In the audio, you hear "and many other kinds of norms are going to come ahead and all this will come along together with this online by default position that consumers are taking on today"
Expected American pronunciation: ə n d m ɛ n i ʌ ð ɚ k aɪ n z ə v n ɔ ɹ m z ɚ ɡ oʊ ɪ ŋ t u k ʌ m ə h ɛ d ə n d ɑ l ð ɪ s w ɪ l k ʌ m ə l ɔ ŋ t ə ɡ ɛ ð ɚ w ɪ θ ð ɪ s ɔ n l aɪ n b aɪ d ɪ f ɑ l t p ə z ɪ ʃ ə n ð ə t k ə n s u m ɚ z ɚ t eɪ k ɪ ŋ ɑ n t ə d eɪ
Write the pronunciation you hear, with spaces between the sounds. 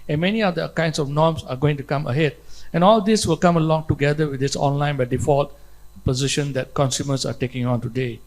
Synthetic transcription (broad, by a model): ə n m ɛ n i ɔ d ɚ k aɪ n s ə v n ɔ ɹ m s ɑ ɡ oʊ ɪ ŋ t u k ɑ m ə h ɛ d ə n ɑ l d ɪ s w ɪ l k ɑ m ə l ɔ ŋ t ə ɡ ɛ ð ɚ w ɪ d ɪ s ɔ n l aɪ n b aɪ d ɪ f ɑ l t p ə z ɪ ʃ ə n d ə t k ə n s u m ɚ s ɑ t eɪ k ɪ ŋ ɑ n t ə d eɪ